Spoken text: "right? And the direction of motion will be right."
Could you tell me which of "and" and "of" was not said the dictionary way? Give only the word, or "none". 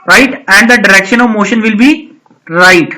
none